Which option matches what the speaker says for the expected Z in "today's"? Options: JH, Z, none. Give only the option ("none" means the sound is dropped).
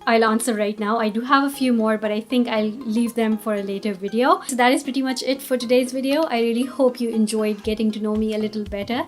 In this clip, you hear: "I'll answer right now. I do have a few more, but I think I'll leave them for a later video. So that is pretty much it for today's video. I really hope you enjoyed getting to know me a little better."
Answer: Z